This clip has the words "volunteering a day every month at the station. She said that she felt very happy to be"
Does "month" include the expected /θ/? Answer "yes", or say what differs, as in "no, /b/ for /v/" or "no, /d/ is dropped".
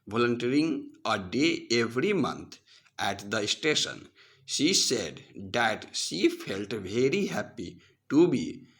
no, /t/ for /θ/